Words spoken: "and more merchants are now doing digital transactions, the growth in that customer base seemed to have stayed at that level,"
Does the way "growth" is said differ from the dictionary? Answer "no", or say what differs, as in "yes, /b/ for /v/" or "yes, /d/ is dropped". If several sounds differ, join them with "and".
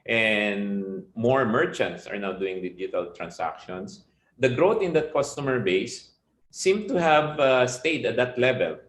yes, /t/ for /θ/